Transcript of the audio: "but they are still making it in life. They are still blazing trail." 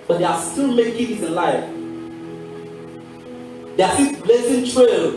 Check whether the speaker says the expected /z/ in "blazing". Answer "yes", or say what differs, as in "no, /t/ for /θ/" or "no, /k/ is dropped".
no, /s/ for /z/